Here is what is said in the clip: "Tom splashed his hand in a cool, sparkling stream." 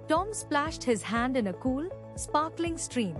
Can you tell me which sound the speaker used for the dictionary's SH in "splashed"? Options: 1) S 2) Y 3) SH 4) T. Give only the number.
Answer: 3